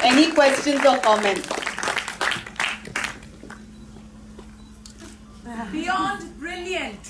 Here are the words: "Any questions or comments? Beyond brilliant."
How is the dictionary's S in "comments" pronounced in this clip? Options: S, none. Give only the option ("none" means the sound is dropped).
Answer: none